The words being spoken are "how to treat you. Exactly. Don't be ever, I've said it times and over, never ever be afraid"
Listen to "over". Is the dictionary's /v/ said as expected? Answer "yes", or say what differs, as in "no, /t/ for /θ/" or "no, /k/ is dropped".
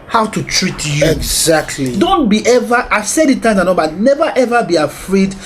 no, /b/ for /v/